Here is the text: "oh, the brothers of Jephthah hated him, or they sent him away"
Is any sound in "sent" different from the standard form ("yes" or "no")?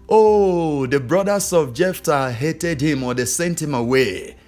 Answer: no